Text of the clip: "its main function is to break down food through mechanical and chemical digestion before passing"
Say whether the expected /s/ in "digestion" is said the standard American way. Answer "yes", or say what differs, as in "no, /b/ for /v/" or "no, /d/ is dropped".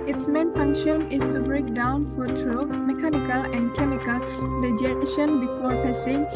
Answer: no, /s/ is dropped